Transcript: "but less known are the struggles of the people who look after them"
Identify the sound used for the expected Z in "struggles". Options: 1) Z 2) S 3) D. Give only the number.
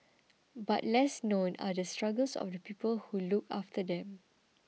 2